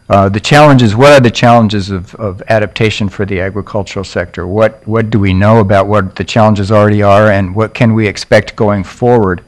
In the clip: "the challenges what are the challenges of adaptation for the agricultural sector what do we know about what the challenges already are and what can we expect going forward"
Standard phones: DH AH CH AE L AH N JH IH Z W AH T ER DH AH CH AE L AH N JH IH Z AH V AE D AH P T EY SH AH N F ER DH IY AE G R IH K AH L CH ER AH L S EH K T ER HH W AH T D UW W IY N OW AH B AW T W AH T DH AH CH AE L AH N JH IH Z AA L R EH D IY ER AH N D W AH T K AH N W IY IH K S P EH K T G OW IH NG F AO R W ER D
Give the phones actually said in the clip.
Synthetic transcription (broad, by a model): DH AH CH AE L AH N JH IH Z W AH T ER DH AH CH AE L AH N JH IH Z AH V AE D AH P T EY SH AH N F ER DH IY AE G R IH K AH L CH ER L S EH K T ER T W AH T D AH W IY N OW AH B AW T W AH T DH AH CH AE L AH N JH IH Z L R EH D IY ER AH N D W AH T K AH N W IY IH K S P EH K T G OW IH NG F AO R W ER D